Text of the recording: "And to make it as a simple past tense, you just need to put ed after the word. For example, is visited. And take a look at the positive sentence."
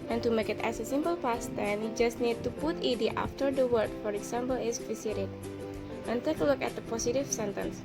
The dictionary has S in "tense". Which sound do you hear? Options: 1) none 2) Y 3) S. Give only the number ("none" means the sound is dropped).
1